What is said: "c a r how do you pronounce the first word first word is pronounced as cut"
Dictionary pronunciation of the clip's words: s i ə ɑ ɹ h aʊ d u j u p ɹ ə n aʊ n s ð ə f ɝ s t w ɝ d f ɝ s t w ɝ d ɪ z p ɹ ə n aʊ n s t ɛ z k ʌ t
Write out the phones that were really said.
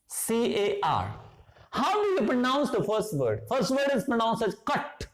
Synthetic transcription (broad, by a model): s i ə ɑ ɹ h aʊ d u j u p ɹ ə n aʊ n s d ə f ɝ s t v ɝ d f ɝ s t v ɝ d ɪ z p ɹ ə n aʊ n s ɛ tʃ k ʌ t